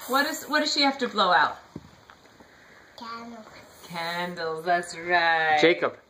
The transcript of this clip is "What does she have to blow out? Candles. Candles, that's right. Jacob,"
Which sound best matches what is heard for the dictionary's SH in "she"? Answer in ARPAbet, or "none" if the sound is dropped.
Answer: SH